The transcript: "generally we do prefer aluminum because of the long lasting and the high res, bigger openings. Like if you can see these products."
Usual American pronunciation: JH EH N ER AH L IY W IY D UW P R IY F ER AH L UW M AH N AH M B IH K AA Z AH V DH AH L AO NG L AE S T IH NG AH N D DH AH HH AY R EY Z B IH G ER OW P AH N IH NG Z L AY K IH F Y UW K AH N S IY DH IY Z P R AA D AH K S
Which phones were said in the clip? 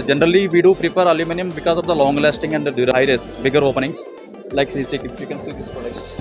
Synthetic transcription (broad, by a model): JH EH N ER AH L IY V IY D UW P R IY P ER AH L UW M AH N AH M B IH K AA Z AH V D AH L AO NG L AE S T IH NG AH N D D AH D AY R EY S B IH G ER OW P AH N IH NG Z L AY K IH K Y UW K AH N S IY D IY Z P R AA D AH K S